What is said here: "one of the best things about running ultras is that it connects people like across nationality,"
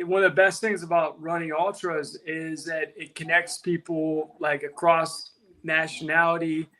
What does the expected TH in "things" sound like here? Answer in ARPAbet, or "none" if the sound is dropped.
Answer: TH